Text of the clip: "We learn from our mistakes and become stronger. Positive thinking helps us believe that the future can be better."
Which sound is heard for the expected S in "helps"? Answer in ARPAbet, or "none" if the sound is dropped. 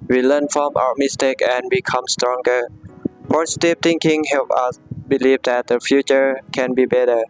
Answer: none